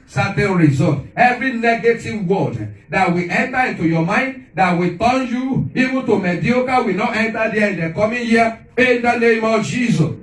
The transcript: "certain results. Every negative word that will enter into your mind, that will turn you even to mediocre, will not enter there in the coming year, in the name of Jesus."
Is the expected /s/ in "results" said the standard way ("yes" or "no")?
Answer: no